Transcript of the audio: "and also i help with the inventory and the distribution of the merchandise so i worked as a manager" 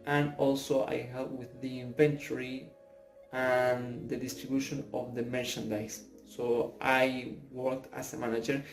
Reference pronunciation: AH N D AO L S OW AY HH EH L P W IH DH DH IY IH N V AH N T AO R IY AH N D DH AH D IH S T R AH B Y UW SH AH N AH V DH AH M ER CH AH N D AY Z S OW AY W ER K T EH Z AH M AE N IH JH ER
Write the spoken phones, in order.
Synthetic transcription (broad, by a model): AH N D AO L S OW AY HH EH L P W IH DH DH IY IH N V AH N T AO R IY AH N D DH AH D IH S T R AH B Y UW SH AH N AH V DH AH M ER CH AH N D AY S OW AY W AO K T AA S AH M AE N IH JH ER